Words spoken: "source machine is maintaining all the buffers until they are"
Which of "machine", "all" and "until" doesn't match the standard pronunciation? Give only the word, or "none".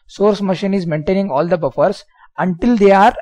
none